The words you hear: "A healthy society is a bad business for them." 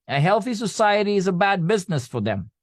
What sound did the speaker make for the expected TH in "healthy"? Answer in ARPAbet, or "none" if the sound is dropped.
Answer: TH